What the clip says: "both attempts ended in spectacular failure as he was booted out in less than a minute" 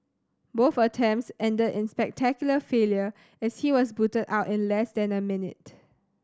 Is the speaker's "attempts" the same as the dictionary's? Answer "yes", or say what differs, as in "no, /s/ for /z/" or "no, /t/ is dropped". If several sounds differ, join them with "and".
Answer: no, /p/ is dropped